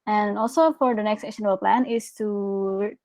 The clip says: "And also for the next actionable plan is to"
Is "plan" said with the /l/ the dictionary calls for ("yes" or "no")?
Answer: yes